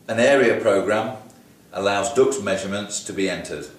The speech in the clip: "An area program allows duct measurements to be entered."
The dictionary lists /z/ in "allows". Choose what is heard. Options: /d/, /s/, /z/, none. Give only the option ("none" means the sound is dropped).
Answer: /z/